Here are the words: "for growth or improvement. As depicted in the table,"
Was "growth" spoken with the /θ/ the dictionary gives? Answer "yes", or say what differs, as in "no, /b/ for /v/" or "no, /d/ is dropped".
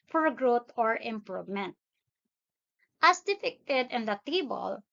no, /t/ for /θ/